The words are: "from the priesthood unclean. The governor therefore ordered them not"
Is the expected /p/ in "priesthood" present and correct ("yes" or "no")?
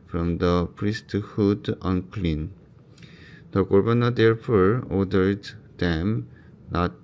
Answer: yes